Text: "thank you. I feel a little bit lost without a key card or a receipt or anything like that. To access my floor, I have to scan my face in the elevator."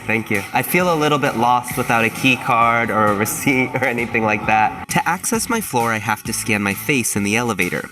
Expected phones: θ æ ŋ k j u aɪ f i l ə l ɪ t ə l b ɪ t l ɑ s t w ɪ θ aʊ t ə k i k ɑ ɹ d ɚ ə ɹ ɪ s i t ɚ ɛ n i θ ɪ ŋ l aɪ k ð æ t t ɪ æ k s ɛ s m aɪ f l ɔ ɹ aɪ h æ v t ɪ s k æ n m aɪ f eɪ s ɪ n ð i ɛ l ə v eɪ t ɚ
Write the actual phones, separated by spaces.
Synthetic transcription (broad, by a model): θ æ ŋ k j u aɪ f i l ə l ɪ t l b ɪ t l ɑ s t w ɪ θ aʊ t ə k i k ɑ ɹ d ɚ ə ɹ ɪ s i t ɚ ɛ n i θ ɪ ŋ l aɪ k ð æ t t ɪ æ k s ɛ s m aɪ f l ɔ ɹ aɪ h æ f t ɪ s k æ n m aɪ f eɪ s ɪ n ð i ɛ l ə v eɪ t ɚ